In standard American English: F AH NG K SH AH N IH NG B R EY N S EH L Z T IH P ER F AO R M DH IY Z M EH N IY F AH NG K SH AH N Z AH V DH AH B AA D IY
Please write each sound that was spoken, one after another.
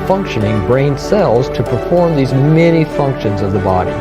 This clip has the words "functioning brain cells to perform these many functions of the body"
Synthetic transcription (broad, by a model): F AH NG K SH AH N IH NG B R EY N S EH L Z T IH P ER F AO R M DH IY Z M EH N IY F AH NG K SH AH N Z AH V DH AH B AA D IY